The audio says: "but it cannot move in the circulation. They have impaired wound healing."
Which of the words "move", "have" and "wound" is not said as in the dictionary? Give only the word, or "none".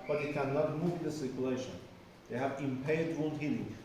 wound